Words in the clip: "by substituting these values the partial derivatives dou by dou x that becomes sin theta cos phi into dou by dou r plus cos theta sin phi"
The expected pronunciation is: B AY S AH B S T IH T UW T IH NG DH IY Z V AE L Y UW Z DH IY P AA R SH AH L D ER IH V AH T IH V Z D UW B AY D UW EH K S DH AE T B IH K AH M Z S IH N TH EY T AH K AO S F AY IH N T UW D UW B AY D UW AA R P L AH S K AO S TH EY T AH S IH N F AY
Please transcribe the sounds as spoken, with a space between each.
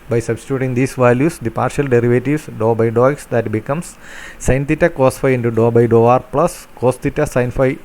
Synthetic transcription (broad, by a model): B AY S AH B S T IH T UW T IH NG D IY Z V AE L Y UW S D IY P AA R SH AH L D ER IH V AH T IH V S D UW B AY D UW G S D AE T B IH K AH M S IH N T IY T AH K AO S F AY IH N T UW D UW B AY D UW AA R P L AH S K AO S T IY T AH S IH N F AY